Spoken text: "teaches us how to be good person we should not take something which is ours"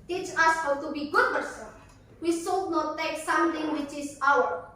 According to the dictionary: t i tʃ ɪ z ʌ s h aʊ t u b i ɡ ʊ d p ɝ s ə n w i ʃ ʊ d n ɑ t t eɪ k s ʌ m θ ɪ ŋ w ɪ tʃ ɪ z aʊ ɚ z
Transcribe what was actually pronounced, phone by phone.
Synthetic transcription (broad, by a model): t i tʃ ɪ s h aʊ t u b i ɡ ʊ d p ɝ s ə n w i s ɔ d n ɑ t t eɪ k s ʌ m t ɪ ŋ w ɪ tʃ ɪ s aʊ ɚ